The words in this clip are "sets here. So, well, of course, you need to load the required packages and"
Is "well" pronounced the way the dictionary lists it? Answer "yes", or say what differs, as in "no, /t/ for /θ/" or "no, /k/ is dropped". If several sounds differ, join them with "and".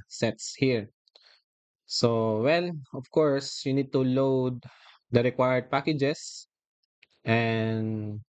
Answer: no, /n/ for /l/